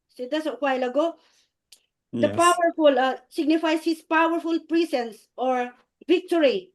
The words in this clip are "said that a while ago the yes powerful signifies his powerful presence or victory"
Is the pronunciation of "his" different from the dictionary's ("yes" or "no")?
yes